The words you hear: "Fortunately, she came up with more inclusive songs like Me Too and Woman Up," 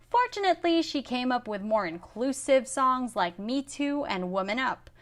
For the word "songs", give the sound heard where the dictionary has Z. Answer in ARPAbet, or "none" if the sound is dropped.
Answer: Z